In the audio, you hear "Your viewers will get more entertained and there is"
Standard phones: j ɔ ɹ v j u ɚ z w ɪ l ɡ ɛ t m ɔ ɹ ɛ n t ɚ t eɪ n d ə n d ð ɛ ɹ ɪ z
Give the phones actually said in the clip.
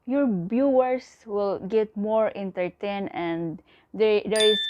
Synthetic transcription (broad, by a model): j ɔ ɹ b j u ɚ s w ɪ l ɡ ɛ t m ɔ ɹ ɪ n t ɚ t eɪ n ə n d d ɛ ɹ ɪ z